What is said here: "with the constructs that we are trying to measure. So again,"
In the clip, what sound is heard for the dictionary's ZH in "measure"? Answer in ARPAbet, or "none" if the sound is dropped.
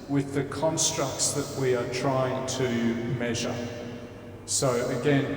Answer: ZH